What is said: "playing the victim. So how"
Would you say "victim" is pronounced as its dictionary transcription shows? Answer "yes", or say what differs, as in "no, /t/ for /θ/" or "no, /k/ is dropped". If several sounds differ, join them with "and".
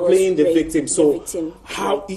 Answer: yes